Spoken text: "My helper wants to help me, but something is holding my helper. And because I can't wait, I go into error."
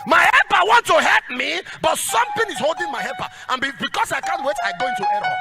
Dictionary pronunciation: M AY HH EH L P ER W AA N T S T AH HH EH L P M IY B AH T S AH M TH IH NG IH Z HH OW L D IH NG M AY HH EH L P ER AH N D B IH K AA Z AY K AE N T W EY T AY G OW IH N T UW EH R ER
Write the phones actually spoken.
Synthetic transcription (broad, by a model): M AY HH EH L P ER W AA N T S T AH HH EH L P M IY B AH T S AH M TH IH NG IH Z HH OW L D IH NG M AY HH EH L P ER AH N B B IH K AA S AY K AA N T W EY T AY G OW IH N T UW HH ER